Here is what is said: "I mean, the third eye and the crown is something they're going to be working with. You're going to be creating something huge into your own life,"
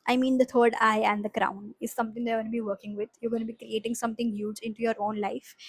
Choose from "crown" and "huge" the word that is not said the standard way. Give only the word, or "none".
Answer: none